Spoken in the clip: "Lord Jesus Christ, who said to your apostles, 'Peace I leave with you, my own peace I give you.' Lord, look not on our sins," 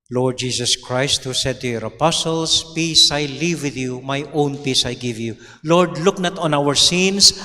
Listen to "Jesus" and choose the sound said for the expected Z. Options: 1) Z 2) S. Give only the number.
2